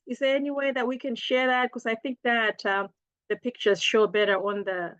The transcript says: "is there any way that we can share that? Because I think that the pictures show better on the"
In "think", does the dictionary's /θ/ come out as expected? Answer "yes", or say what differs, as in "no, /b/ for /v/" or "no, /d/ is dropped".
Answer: yes